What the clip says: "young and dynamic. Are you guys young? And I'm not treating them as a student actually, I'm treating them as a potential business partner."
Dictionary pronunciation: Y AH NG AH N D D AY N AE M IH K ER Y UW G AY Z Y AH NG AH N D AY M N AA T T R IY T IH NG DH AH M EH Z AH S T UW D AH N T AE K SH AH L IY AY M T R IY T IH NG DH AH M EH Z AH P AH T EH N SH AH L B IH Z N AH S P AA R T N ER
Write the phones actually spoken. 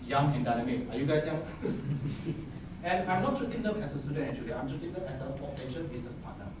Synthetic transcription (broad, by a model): Y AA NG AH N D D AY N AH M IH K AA Y UW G AY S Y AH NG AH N AY M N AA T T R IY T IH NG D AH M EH S AH S T UW D AH N T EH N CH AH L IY AY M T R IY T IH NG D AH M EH S AH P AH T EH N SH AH N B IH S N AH S P AA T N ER